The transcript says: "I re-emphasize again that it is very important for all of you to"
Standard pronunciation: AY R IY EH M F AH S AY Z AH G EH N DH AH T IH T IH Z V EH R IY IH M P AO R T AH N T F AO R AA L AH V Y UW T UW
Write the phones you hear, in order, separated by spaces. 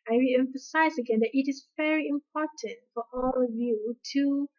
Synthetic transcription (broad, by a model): AY R IY EH M F AH S AY Z AH G EH N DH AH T IH T IH Z V EH R IY IH M P AO R T AH N T F AO R AA L AH V Y UW T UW